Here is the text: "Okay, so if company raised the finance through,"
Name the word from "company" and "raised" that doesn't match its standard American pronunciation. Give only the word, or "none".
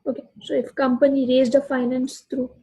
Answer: none